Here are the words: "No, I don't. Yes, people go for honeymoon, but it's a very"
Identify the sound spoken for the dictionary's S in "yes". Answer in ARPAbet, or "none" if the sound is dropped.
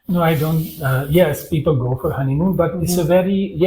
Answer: S